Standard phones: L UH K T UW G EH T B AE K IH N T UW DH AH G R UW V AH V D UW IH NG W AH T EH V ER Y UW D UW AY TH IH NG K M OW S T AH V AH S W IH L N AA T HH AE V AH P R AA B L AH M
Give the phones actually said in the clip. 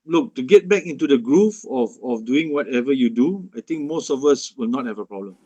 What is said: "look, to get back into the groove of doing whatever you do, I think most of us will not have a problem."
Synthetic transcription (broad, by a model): L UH K T UW G EH T B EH K IH N T UW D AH G R UW F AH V D UW IH NG W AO T EH V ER Y UW D UW AY T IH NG K M OW S T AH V AH S W IH L N AA T HH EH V AH P R AA B L AH M